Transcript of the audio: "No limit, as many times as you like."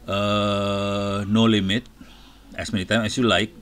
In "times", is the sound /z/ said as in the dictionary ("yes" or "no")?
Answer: no